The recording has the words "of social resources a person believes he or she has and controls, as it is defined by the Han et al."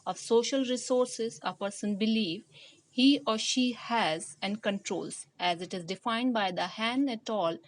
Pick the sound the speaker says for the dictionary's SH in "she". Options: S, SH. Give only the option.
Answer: SH